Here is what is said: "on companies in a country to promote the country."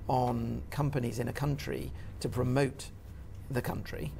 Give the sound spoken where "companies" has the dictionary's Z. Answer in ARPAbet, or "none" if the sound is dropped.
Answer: Z